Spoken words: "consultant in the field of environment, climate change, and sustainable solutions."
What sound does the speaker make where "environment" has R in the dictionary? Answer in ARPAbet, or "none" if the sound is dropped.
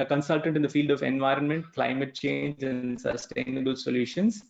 R